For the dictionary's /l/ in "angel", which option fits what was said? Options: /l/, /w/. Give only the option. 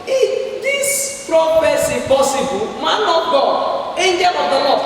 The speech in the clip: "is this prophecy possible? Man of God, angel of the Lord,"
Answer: /w/